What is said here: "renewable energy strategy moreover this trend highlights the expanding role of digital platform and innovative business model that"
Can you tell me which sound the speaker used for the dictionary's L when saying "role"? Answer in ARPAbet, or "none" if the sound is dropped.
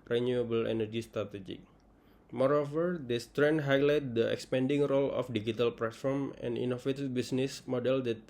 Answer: L